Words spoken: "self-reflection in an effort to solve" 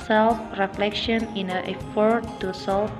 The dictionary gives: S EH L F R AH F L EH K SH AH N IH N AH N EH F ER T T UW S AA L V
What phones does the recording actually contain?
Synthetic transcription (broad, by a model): S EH L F R AH F L EH K SH AH N IH N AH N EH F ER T T UW S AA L